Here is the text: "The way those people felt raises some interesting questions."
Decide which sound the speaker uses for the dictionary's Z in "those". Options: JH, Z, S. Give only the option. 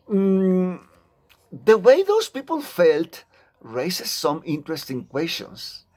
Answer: S